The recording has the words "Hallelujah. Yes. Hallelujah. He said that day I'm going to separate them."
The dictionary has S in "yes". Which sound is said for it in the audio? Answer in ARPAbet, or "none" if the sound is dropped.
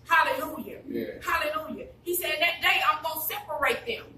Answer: none